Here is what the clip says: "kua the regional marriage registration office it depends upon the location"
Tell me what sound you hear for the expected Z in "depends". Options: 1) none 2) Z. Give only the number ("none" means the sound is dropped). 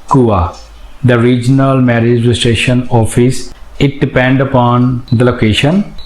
1